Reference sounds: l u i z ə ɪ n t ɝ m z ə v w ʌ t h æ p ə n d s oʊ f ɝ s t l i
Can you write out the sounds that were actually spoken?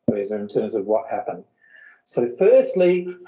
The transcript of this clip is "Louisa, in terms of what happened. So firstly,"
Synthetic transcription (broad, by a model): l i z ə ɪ n t ɝ m z ə v w ʌ t h æ p ə n d s oʊ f ɝ s t l i